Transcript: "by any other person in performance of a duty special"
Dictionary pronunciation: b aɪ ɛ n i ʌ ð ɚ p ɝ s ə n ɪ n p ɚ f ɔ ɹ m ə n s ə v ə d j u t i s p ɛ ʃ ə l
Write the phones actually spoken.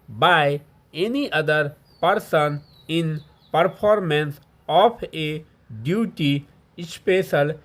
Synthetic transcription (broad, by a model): b aɪ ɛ n i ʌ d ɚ p ɝ s ə n ɪ n p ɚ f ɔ ɹ m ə n s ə p ə d j u t i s p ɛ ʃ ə l